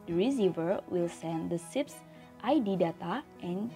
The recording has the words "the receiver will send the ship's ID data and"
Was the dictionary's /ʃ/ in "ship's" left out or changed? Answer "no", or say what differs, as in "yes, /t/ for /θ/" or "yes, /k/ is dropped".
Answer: yes, /s/ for /ʃ/